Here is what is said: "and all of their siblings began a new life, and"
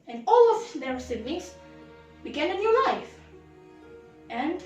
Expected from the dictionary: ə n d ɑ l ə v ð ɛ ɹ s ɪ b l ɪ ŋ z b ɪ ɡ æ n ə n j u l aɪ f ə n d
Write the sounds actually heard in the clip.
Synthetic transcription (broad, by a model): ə n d ɑ l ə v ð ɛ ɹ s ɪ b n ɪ z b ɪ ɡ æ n ə n j u l aɪ f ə n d